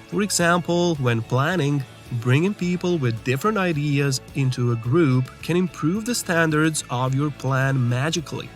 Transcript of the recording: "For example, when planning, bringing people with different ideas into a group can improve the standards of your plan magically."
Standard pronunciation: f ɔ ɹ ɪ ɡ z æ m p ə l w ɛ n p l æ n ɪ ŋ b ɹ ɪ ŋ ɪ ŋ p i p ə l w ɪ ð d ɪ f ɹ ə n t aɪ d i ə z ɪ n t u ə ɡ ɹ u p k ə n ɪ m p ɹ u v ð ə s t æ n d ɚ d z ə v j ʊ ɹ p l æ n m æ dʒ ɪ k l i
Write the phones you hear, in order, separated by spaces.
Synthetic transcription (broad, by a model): f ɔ ɹ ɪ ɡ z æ m p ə l w ɛ n p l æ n ɪ ŋ b ɹ ɪ ŋ ɪ ŋ p i p ə l w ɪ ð d ɪ f ɹ ə n t aɪ d i ə z ɪ n t u ə ɡ ɹ u p k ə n ɪ m p ɹ u v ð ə s t æ n d ɚ d z ə v j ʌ ɹ p l æ n m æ dʒ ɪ k l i